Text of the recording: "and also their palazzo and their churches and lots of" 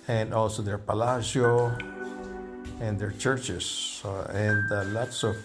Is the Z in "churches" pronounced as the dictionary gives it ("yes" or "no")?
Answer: no